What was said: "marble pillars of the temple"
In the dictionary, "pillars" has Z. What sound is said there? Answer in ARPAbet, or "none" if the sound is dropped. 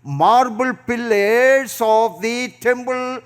S